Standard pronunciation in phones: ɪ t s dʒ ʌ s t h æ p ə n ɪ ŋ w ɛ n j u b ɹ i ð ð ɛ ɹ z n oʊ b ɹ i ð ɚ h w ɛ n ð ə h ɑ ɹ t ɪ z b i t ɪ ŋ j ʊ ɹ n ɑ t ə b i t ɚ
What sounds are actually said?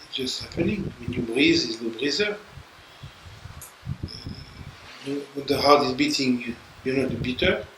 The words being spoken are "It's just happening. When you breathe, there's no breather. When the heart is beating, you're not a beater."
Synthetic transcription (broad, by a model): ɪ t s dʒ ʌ s t h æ p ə n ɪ ŋ w ɛ n j u b ɹ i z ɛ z l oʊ b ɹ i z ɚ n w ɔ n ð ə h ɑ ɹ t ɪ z b i t ɪ ŋ j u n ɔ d ə b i t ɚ